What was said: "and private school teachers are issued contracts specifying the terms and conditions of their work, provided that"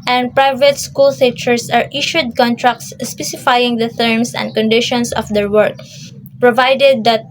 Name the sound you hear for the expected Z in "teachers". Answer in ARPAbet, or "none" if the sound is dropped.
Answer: S